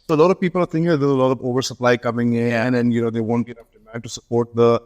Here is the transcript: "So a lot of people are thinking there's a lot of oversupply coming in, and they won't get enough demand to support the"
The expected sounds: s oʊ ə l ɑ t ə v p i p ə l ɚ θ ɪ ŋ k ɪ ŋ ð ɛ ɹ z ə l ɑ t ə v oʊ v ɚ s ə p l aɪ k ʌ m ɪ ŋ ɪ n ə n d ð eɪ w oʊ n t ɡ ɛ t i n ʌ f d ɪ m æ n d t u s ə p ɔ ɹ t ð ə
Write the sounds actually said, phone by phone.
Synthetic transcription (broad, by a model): s oʊ ə l ɑ t ə v p i p ə l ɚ t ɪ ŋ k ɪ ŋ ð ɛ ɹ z ə l ɑ t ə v oʊ v ɚ s ə p l aɪ k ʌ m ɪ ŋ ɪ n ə n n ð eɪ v oʊ n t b i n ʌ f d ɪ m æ d t u s ə p ɔ ɹ t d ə